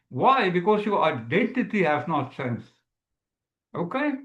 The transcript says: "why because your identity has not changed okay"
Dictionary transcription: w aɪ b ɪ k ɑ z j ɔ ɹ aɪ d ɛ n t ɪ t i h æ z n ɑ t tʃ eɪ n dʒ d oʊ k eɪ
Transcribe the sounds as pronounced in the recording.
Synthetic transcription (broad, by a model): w aɪ b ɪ k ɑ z j ɔ ɹ aɪ d ɛ n t ɪ t i h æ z n ɑ t s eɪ n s oʊ k eɪ